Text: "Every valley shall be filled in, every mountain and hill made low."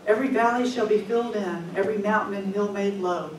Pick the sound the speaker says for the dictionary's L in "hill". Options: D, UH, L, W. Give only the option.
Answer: L